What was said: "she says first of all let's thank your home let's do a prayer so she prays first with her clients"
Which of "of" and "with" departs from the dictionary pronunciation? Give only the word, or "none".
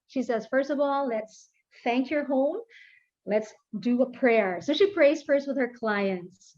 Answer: none